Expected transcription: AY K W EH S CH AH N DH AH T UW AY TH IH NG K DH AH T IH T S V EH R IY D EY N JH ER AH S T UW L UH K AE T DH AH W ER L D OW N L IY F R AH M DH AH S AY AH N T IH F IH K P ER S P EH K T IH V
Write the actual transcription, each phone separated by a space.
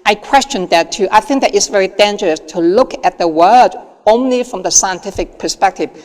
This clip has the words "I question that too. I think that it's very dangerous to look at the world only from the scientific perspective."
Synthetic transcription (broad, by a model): AY K W EH S CH AH N DH AH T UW AY TH IH NG K DH AH T IH T S V EH R IY D EY N JH ER AH S T UW L UH K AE T DH AH W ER D OW N L IY F R AH M DH AH S AY AH N T IH F IH K P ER S P EH K T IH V